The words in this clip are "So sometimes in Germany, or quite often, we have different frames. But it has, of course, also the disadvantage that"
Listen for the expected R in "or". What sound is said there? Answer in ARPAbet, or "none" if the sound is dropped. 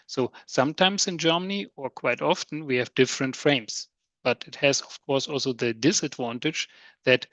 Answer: R